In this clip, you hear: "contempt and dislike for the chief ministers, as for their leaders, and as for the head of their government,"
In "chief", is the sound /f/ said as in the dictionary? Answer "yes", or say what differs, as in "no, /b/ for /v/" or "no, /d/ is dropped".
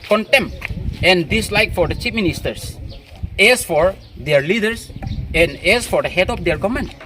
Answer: no, /p/ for /f/